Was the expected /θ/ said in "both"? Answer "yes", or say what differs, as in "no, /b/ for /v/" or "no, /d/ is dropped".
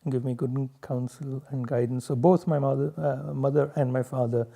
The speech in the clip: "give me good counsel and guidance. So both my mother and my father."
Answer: no, /t/ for /θ/